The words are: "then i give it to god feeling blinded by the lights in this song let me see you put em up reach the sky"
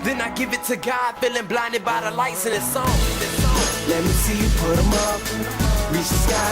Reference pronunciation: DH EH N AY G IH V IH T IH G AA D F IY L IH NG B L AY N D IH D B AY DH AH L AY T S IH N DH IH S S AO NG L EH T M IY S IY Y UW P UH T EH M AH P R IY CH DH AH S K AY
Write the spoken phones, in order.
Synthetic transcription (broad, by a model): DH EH N AY G IH V IH T IH G AA D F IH L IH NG B L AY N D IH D B AY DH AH L AY T S IH N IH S S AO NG L EH T M IY S IY P UH T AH M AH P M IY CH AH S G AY